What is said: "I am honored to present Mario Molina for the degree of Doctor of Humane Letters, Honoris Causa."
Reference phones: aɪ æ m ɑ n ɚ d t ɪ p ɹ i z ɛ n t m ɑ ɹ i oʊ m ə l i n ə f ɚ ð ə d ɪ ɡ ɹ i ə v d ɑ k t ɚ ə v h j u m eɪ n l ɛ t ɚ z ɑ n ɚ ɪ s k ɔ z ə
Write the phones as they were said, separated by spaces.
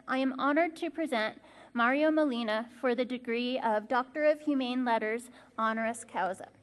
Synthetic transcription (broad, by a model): aɪ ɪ m ɑ n ɚ d t ɪ p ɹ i z ɛ n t m ɑ ɹ i oʊ m ə l i n ə f ɚ ð ə d ɪ ɡ ɹ i ə v d ɑ k t ɚ ə v h j u m eɪ n l ɛ t ɚ z ɑ n ɚ ɪ s k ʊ z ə